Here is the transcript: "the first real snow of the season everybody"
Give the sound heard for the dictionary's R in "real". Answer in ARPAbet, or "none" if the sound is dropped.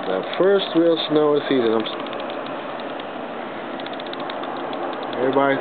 W